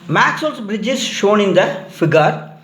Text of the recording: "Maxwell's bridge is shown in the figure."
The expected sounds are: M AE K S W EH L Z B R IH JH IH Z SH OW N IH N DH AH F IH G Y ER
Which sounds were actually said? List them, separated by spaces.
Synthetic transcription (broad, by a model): M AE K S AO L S B R IH JH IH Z SH OW N IH N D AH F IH G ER